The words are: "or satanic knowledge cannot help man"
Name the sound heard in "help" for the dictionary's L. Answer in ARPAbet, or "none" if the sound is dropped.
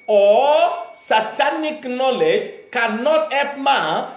none